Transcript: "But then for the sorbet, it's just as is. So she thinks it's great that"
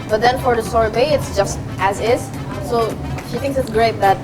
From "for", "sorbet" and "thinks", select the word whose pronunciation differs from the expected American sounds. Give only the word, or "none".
none